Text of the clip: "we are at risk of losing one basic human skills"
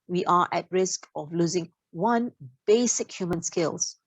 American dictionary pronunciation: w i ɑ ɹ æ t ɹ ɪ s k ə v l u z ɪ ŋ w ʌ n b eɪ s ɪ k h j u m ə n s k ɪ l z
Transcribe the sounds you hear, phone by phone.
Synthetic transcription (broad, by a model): w i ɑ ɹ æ t ɹ ɪ s k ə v l u z ɪ ŋ w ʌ n b eɪ s ɪ k h j u m ə n s k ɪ l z